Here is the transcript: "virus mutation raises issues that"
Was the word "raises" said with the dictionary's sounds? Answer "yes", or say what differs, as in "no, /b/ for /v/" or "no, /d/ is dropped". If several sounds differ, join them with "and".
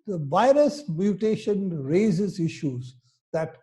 yes